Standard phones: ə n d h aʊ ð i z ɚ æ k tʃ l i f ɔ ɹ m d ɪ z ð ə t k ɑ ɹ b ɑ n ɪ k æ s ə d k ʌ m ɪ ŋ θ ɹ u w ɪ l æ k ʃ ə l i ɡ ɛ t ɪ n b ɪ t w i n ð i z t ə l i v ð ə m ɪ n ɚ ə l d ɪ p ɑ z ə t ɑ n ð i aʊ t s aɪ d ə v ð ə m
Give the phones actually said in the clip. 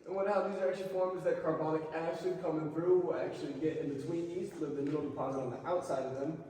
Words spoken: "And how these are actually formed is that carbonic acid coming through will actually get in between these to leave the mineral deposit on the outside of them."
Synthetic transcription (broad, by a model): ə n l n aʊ ð i z ɚ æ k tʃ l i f ɔ ɹ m z ð ə t k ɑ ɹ b ɑ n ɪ k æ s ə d k ʌ m ɪ ŋ θ ɹ u w ɪ l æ k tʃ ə l i ɡ ɛ t ɪ n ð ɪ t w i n i s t l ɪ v ð ə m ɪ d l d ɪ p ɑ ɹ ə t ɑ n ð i aʊ t s aɪ d ə v ð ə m